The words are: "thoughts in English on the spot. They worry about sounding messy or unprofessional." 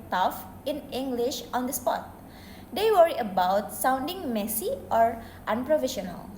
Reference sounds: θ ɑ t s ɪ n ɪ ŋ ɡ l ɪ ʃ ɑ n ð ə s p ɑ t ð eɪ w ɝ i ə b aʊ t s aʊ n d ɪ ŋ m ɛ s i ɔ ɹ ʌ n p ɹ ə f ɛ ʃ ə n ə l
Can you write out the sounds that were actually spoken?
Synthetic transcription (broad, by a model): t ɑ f ɪ n ɪ ŋ ɡ l ɪ ʃ ɑ n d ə s p ɑ t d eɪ w ɝ i ə b aʊ t s aʊ n d ɪ ŋ m ɛ s i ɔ ɹ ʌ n p ɹ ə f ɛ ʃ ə n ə l